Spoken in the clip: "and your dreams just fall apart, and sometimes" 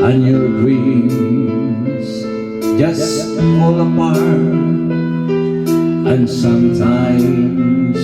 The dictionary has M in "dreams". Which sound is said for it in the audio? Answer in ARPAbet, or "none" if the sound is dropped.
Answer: none